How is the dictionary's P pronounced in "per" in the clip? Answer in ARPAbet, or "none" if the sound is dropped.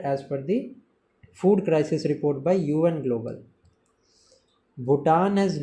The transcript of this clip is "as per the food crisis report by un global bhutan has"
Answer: F